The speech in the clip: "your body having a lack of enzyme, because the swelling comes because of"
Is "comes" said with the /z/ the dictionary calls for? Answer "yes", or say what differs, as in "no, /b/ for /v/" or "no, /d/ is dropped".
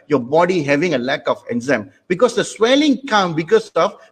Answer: no, /z/ is dropped